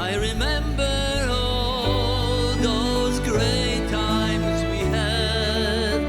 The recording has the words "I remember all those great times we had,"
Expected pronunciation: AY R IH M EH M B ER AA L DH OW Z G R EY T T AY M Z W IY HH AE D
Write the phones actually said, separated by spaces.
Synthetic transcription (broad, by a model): AY R IH M EH M B ER AA L DH OW Z G R EY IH T AY M Z W IY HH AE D